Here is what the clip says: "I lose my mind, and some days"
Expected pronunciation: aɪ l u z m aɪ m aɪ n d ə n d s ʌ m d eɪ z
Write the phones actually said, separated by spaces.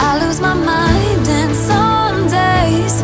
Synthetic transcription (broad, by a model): aɪ l u z m aɪ m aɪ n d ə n s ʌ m d eɪ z